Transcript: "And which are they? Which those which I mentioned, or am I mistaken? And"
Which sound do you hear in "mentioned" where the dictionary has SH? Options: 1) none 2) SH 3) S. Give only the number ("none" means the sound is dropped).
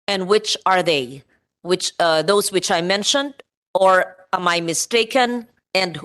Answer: 2